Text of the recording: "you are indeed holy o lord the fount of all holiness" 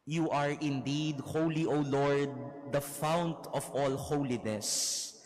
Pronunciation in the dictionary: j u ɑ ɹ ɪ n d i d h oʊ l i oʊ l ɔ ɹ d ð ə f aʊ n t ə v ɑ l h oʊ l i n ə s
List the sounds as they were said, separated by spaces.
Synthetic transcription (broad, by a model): j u ɑ ɹ ɪ n d i d h oʊ l i oʊ l ɔ ɹ d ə f aʊ n t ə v ɑ l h oʊ l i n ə s